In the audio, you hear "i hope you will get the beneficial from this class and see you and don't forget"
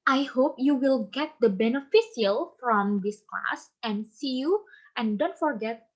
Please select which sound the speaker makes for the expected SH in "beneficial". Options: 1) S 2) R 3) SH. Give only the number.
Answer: 1